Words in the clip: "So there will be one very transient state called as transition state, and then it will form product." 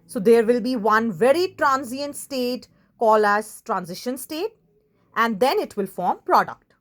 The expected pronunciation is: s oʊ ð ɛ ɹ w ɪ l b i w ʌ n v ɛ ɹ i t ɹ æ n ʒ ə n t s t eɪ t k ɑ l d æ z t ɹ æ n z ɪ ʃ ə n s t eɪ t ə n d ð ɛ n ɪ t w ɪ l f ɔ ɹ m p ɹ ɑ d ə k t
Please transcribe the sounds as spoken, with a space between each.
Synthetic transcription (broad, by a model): s oʊ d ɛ ɹ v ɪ l b i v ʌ n v ɛ ɹ i t ɹ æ n z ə n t s t eɪ t k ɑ l æ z t ɹ æ n z ɪ ʃ ə n s t eɪ t ə n d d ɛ n ɪ t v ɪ l f ɔ ɹ m p ɹ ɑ d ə k t